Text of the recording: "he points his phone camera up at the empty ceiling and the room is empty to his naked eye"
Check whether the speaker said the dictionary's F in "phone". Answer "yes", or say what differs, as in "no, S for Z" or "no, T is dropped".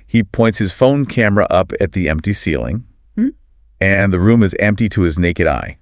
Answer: yes